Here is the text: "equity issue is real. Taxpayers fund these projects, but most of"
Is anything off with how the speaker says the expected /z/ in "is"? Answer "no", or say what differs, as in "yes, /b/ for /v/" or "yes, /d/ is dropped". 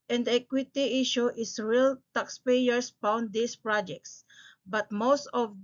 yes, /s/ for /z/